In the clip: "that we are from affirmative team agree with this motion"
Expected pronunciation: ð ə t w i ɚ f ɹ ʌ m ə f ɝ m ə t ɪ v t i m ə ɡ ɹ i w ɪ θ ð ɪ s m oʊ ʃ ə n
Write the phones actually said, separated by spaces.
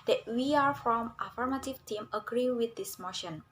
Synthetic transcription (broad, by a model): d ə t w i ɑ f ɹ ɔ m ə f ɝ m ə t ɪ v t i m ə ɡ ɹ i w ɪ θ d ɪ s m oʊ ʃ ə n